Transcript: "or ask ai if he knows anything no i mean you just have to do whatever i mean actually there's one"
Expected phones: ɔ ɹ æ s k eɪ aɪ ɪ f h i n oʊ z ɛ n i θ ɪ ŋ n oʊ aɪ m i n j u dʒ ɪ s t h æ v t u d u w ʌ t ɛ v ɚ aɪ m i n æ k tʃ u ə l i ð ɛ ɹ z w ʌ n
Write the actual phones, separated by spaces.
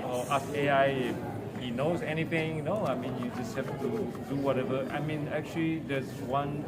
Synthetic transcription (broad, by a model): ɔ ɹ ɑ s eɪ aɪ ɪ f h i n oʊ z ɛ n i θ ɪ ŋ n oʊ aɪ m i n j u dʒ ɪ s t h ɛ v t u d u w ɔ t ɛ v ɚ aɪ m i n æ k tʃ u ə l i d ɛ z w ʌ n